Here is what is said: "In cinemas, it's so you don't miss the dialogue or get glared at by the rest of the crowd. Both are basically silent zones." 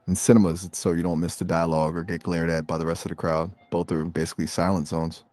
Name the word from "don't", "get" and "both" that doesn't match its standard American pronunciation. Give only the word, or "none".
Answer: none